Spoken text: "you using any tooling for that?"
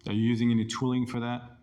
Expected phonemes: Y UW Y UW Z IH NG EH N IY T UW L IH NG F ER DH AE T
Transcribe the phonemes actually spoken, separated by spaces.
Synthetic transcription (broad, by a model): Y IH Y UW Z IH NG EH N IY T UW L IH NG F ER DH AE T